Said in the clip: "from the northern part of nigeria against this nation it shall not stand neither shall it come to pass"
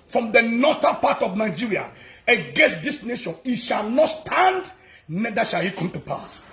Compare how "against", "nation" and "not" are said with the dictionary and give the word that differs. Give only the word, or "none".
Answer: none